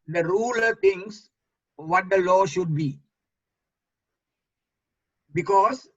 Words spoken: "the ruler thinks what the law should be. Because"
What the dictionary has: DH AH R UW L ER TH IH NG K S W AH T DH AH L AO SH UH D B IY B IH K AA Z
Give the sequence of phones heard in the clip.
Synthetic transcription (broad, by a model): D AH R UW L ER T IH NG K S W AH T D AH L AO SH UH D B IY B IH K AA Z